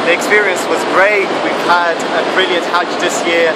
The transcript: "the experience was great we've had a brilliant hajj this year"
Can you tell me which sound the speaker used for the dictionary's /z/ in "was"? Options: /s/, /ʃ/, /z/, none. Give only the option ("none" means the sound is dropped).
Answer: /z/